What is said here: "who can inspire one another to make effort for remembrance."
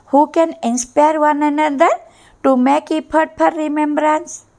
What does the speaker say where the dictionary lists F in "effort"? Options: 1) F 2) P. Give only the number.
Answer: 2